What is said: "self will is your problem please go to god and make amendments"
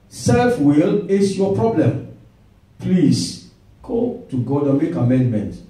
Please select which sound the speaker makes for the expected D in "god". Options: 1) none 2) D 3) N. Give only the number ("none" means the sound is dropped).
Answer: 2